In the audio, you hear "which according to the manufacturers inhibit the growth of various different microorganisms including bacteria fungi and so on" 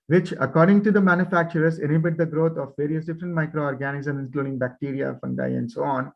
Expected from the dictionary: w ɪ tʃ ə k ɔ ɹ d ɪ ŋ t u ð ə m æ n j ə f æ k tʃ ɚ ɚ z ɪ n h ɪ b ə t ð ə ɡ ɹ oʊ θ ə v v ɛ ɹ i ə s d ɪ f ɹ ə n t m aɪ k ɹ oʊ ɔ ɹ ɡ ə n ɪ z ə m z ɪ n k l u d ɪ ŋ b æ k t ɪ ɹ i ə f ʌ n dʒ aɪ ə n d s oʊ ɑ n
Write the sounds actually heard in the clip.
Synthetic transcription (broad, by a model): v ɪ tʃ ə k ɔ ɹ d ɪ ŋ t u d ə m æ n j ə f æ k tʃ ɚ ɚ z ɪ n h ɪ b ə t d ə ɡ ɹ oʊ t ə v v ɛ ɹ i ə s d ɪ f ɹ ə n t m aɪ k ɹ oʊ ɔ ɹ ɡ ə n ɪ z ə m ɪ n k l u d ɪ ŋ b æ k t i ɹ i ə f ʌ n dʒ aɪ ə n d s oʊ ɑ n